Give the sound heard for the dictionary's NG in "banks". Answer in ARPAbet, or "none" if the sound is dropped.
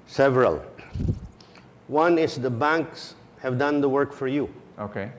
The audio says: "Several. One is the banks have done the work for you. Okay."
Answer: NG